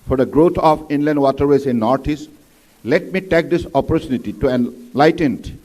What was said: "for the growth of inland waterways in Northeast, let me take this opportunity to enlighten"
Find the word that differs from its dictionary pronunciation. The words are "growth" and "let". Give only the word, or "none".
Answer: growth